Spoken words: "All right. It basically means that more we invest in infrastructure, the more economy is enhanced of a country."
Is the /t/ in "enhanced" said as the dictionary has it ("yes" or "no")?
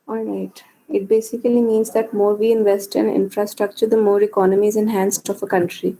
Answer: yes